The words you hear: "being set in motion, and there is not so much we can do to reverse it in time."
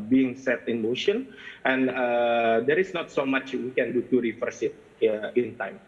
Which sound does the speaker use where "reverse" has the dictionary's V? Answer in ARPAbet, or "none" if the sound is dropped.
F